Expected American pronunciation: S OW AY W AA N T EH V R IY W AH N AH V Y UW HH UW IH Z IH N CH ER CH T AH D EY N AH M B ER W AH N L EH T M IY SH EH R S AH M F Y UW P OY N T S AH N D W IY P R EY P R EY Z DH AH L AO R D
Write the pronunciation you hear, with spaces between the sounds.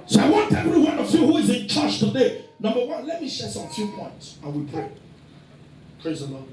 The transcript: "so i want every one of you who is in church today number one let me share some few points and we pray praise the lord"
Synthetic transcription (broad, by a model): S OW AY W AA N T EH V R IY W AH N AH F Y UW HH UW IH Z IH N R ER SH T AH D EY N AH M B ER W AH N L EH T M IY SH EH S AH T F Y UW P OY N T S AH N W IY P EY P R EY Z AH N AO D